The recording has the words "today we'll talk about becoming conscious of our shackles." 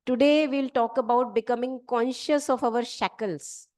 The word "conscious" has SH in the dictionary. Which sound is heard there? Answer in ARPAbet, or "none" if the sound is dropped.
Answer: SH